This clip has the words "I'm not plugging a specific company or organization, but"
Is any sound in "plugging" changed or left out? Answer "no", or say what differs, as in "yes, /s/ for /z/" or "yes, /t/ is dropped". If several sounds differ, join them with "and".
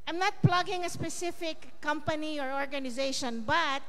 no